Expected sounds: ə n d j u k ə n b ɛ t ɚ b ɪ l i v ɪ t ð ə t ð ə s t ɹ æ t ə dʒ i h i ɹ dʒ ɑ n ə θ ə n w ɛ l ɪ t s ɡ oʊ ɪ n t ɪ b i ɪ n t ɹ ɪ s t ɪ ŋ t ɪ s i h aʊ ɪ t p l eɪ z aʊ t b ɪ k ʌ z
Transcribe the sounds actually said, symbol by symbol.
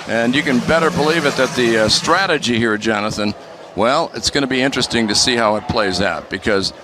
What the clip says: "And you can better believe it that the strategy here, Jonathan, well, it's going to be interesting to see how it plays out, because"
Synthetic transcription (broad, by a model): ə n j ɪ k ə n b ɛ t ɚ b ɪ l i v ɪ t ð ə t ð ə s t ɹ æ t ə dʒ i h i ɹ dʒ ɑ n ə θ ə n w ɛ l ɪ t s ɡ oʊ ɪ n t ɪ b i ɪ n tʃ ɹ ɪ s t ɪ ŋ t ɪ s i h aʊ ɪ t p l eɪ z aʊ t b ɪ k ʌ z